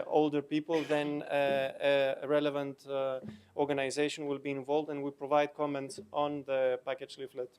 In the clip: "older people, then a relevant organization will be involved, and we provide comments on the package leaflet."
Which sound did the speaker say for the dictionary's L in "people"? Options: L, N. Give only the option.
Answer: L